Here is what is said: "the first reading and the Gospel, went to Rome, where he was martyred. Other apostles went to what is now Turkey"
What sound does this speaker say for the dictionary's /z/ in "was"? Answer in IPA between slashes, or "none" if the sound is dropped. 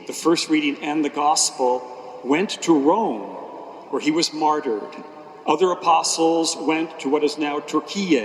/z/